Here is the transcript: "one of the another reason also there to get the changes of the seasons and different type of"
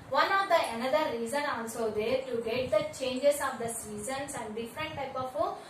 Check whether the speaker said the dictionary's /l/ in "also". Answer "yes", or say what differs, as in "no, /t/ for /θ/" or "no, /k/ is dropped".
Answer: no, /n/ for /l/